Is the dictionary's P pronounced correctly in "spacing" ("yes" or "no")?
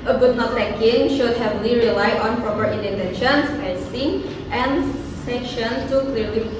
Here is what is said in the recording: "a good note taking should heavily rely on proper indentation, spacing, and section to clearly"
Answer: no